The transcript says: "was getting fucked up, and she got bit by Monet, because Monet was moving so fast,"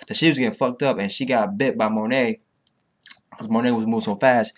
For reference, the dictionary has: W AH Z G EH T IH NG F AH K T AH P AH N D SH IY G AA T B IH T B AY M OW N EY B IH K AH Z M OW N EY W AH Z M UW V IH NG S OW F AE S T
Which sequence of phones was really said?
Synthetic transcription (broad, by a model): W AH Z G EH T IH NG F AH K T AH P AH N SH IY G AA T B IH T B AY M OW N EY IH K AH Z M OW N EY W AH Z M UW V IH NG S OW F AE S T